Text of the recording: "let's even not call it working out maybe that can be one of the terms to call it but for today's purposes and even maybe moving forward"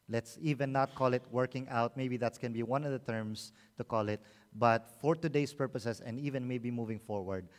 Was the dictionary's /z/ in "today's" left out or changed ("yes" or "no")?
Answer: yes